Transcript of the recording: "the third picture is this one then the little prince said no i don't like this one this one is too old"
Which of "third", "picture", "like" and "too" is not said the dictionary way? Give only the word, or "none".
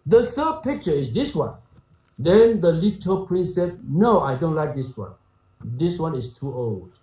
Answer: third